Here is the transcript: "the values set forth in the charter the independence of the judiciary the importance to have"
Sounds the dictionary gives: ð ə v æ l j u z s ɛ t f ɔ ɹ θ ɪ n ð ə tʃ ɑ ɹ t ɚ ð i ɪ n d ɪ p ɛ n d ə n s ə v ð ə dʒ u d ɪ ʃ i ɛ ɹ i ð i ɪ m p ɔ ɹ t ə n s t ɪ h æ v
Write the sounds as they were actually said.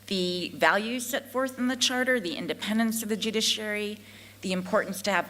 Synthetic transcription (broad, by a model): ð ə v æ l j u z s ɛ t f ɔ ɹ θ n ð ə tʃ ɑ ɹ t ɚ ð i ɪ n d ɪ p ɛ n d ə n s ə v ð ə dʒ u d ɪ ʃ i ɛ ɹ i ð i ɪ m p ɔ ɹ t n s t ɪ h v